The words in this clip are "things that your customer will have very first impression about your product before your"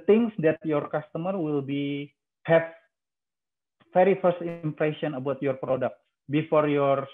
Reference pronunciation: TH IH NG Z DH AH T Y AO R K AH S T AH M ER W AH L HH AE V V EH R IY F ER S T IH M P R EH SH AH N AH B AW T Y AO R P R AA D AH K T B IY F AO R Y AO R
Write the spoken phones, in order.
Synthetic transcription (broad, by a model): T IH NG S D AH T Y AO R K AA S T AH M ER W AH L HH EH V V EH R IY F ER S T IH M P R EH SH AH N AH B AW T Y AO R P R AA D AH K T B IY F AO R Y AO R